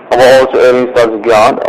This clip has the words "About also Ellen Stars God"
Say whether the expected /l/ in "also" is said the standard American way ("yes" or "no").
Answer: yes